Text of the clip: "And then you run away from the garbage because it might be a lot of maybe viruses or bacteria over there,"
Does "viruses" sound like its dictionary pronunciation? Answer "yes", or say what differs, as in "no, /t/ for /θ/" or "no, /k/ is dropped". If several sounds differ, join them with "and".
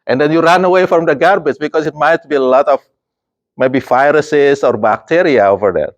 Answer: no, /f/ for /v/ and /s/ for /z/